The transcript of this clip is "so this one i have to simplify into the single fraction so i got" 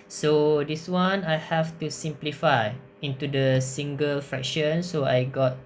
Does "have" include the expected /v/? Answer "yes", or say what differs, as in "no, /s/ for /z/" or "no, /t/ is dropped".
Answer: no, /f/ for /v/